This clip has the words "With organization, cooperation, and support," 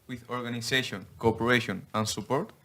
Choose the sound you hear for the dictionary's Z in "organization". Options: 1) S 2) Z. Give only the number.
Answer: 1